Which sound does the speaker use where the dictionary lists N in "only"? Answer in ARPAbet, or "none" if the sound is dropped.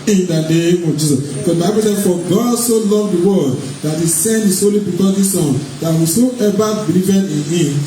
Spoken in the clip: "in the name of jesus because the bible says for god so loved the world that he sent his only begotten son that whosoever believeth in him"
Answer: none